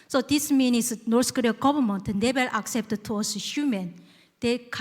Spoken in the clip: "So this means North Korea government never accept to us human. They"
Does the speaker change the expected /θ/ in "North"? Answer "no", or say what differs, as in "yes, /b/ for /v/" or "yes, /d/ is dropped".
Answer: yes, /s/ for /θ/